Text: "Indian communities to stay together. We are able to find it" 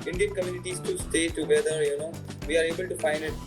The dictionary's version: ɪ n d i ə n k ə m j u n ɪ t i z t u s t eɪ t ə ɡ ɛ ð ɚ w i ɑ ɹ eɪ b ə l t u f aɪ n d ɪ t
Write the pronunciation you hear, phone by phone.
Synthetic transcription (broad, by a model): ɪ n d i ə n k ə m j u n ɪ t i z t u s t eɪ t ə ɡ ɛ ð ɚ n i ɑ ɹ eɪ b ə l t u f aɪ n ɪ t